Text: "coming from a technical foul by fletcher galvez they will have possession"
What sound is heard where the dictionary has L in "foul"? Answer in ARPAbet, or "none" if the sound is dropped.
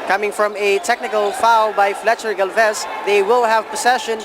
L